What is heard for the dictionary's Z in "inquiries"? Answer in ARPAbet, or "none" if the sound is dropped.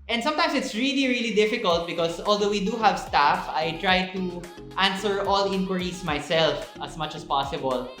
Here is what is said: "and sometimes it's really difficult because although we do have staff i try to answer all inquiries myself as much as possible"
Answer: S